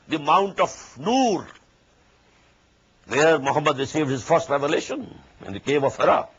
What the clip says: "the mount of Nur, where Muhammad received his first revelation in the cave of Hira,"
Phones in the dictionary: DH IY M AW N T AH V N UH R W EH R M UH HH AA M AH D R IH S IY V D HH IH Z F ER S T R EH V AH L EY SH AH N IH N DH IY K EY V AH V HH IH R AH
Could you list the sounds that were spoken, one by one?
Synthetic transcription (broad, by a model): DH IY M AW N T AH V N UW R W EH R M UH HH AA M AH D R IH S IY V D HH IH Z F ER S T R EH V AH L EY SH AH N IH N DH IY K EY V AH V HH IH R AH